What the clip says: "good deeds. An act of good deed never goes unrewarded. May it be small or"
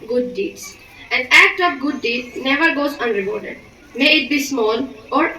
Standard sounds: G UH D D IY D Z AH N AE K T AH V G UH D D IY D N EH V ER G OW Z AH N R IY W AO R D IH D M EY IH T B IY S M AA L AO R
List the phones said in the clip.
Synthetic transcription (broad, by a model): G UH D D IY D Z AH N AE K T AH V G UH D D IY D N EH V ER G OW Z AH N R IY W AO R D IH D M EY IH T B IY S M AA L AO R